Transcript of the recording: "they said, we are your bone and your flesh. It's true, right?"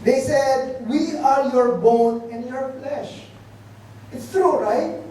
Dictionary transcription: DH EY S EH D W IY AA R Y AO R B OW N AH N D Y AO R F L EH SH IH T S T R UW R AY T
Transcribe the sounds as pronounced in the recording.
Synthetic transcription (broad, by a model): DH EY S EH D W IY AA R Y AO R B OW N AH N D Y AO R F L EH SH IH T S T R UW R AY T